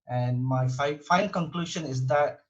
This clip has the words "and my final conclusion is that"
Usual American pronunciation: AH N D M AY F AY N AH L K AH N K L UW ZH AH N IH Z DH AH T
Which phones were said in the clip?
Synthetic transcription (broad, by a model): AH N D M AY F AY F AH N K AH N K L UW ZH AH N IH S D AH T